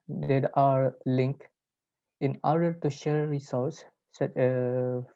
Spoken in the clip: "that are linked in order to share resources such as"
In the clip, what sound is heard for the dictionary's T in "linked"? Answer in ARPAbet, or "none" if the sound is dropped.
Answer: none